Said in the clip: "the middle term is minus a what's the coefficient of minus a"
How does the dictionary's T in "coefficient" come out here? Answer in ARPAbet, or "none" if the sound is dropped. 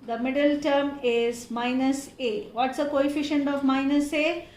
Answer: T